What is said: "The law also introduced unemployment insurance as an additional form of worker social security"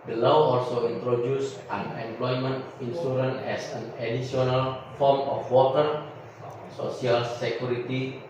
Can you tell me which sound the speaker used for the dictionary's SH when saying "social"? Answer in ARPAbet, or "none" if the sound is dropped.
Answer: S